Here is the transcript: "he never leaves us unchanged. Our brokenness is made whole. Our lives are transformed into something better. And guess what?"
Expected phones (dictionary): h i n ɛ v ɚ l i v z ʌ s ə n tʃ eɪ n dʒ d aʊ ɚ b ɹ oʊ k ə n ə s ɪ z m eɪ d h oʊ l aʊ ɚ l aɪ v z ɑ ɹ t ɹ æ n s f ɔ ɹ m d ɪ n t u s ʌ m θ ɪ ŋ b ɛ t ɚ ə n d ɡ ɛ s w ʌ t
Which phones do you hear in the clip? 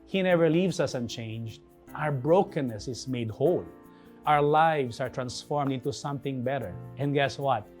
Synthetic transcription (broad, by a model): h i n ɛ v ɚ l i v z ʌ s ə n tʃ eɪ n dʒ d aʊ ɚ b ɹ oʊ k ə n ə s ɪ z m eɪ d h oʊ l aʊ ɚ l aɪ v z ɑ ɹ t ɹ æ n s f ɔ ɹ m d ɪ n t u s ʌ m θ ɪ ŋ b ɛ t ɚ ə n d ɡ ɛ s w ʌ t